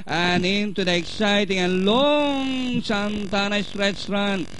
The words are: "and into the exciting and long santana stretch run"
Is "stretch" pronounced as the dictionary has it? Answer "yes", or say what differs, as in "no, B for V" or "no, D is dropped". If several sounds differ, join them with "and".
no, S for CH